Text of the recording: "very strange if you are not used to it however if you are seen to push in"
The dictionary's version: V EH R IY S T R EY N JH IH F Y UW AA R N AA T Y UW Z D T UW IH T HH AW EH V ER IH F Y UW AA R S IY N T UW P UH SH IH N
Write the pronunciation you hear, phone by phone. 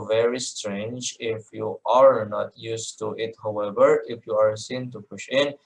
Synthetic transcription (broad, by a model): V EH R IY S T R EY N JH IH F Y UW AA R N AA T Y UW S T UW IH T HH AW EH V ER IH F Y UW AA R S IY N T UW P UH SH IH N